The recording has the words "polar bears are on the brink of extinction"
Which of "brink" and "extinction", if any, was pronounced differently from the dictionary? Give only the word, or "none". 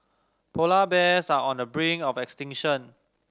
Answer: brink